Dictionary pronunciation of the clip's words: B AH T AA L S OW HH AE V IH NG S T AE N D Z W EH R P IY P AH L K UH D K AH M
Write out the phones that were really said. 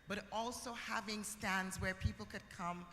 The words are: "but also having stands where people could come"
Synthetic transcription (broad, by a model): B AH T AA L S OW HH AE V IH NG S T AE N D Z W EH R P IY P L K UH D K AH M